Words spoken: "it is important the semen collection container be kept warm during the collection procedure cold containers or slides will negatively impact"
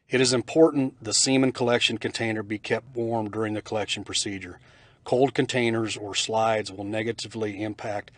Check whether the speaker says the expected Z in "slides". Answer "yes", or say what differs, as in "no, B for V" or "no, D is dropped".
yes